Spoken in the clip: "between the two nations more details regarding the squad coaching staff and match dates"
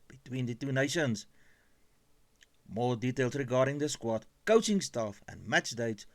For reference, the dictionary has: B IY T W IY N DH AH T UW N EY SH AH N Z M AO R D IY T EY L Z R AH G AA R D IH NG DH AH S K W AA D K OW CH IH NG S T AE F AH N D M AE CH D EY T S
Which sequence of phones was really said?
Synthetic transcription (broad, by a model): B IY T W IY N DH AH T UW N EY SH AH N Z M AO L D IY T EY L S R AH G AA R D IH NG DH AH S K W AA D K OW CH IH NG S T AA F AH N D M AE CH D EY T S